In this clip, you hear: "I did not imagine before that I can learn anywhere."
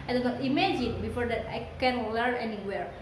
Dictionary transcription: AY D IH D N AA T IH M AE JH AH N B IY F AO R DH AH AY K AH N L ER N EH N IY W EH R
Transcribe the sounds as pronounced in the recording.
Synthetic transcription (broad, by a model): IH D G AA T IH M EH JH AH N B IY F AO R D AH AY K AH N W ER EH N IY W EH R